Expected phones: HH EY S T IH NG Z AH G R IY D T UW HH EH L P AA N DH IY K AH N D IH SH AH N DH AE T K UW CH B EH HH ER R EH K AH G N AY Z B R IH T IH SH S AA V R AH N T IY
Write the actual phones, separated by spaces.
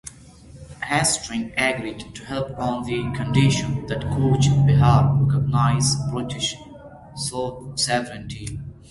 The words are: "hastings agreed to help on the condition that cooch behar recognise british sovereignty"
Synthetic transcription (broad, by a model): HH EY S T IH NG AH G R IY D T UW HH EH L P AA N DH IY K AH N D IH SH AH N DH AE T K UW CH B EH HH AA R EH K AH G N AY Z B R IH T IH SH S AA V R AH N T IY